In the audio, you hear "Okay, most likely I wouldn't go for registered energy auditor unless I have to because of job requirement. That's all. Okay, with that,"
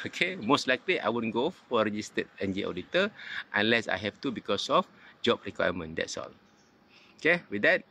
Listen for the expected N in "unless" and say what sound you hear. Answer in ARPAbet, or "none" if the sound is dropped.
N